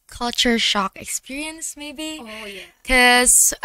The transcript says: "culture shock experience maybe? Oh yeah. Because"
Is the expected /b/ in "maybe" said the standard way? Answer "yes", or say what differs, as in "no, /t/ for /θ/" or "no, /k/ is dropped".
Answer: no, /b/ is dropped